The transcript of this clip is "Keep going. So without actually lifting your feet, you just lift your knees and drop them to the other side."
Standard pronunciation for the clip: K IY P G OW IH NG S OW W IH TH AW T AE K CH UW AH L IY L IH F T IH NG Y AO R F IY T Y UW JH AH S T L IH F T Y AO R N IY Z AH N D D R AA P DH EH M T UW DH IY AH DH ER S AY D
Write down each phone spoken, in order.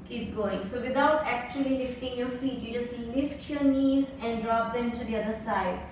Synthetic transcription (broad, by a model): K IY P G OW IH NG S OW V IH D AW T AE K CH UW AH L IY L IH F T IH NG Y AO R F IY T Y UW JH AH S T L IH F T Y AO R N IY Z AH N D D R AA P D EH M T UW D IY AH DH ER S AY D